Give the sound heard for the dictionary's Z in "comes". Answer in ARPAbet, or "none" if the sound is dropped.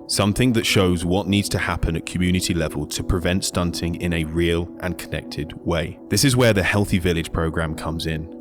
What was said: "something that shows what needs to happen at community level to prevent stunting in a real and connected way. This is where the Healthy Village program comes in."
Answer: Z